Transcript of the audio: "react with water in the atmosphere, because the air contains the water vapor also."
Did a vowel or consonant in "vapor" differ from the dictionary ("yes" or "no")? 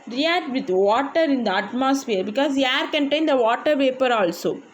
yes